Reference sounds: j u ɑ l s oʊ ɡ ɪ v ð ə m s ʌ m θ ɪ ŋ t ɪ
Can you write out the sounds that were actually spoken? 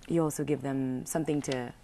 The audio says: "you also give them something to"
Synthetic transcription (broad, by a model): j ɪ ɑ l s oʊ ɡ ɪ v ð ə m s ʌ m θ ɪ ŋ t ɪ